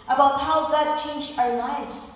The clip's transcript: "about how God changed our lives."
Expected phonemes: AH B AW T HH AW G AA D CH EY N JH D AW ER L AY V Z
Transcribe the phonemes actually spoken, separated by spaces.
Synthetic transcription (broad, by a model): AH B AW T HH AW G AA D CH EY N JH AW ER L AY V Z